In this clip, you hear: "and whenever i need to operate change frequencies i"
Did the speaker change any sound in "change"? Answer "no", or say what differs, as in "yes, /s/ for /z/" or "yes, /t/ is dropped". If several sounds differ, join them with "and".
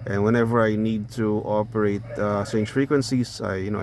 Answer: yes, /s/ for /tʃ/